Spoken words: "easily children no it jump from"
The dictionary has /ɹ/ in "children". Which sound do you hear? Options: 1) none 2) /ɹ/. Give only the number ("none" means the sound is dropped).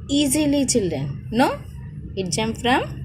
1